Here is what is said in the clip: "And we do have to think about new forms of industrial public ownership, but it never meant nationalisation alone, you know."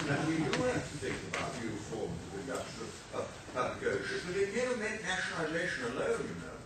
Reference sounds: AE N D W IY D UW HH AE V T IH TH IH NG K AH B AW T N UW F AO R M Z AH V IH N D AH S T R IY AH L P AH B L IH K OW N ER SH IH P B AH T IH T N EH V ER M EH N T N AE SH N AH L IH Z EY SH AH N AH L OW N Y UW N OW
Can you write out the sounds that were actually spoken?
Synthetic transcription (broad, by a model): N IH W IY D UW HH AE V T IH TH IH NG K AH B AW T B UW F AO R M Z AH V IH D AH T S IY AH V P AH B L IH K OW UH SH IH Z B AH T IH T N EH V ER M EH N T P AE SH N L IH Z EY SH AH N AH L OW N Y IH N OW